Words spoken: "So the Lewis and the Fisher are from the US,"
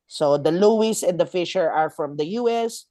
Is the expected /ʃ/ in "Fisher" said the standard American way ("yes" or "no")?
yes